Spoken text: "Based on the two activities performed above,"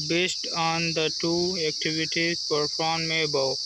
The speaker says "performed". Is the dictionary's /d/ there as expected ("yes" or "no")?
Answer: no